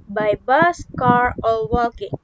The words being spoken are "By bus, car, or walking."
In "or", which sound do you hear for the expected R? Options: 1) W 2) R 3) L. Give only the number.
3